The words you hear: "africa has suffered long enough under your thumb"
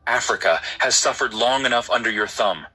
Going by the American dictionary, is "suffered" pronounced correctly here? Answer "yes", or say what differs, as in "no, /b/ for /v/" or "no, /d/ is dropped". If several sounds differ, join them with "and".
yes